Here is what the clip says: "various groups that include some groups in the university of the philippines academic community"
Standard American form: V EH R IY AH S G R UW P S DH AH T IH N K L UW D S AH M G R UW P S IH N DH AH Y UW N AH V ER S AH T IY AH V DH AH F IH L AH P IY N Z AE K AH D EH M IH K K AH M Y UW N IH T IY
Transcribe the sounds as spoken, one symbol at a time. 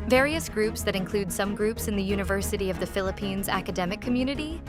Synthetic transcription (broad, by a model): V EH R IY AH S G R UW P S DH AH T IH N K L UW D S AH M G R UW P S IH N DH AH Y UW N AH V ER S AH T IY AH V DH AH F IH L AH P IY N Z AE K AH D EH M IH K K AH M Y UW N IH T IY